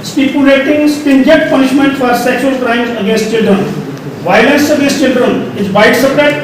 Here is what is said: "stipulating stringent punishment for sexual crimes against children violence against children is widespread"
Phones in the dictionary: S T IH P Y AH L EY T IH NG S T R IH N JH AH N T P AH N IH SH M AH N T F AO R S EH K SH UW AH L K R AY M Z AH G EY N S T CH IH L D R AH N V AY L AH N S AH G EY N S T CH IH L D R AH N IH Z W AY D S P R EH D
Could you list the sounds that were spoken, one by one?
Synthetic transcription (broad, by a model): S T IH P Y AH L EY T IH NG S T IH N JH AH T P AH N IH SH M AH N T F AO R S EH K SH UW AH L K R AY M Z AH G EY N S T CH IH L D R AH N V AY L AH N S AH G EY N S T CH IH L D R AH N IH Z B AY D S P R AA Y